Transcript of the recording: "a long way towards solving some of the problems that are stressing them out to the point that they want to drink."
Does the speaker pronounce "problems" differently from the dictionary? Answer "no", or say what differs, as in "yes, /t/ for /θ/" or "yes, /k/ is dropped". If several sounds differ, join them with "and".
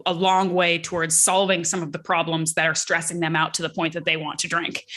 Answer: no